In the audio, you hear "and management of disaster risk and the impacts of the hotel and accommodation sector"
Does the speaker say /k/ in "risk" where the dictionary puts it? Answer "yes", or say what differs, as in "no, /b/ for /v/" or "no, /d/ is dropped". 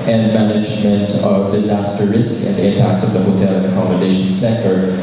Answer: yes